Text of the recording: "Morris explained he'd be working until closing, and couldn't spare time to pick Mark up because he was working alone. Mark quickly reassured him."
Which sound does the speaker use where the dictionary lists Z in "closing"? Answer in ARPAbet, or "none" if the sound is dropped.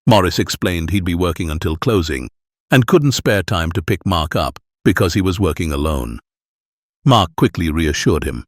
Z